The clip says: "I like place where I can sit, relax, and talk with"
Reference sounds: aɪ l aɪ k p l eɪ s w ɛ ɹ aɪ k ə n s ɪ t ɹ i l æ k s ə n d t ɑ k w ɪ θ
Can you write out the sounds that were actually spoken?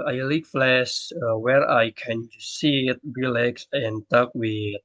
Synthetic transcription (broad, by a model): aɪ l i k f l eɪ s w ɛ ɹ aɪ k ə n s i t ɹ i l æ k s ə n t ɑ k w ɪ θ